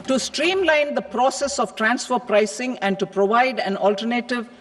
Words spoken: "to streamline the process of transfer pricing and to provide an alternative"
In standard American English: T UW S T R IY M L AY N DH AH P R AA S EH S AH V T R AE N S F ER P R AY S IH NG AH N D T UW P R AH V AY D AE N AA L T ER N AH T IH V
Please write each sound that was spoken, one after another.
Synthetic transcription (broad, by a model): T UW S T R IY M L AY N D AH P R AA S EH S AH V T R AE N S F ER P R AY S IH NG AH N D T UW P R AH V AY D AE N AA L T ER N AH T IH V